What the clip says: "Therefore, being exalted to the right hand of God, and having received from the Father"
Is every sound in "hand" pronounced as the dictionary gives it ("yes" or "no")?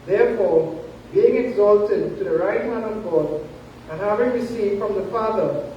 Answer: no